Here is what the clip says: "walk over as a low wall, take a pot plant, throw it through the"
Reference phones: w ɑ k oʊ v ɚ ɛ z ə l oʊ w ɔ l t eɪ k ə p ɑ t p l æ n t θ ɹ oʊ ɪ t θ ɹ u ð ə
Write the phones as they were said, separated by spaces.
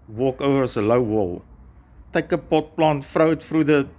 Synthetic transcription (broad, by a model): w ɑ k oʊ v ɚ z ə l oʊ w ɔ l t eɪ k ə p ɑ t p l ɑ n t f ɹ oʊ ɪ t f ɹ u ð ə